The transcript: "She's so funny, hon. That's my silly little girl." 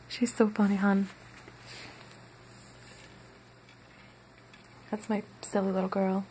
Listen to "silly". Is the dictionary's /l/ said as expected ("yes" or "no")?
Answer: yes